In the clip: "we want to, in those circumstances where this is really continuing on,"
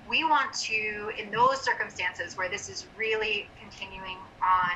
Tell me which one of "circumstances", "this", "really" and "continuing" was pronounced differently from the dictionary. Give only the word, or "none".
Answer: none